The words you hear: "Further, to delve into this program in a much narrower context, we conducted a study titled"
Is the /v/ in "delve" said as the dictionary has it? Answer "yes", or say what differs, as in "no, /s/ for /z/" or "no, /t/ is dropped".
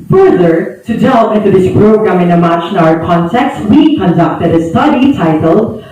no, /v/ is dropped